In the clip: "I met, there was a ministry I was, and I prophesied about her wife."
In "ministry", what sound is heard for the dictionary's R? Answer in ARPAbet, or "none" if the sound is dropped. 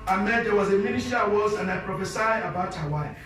none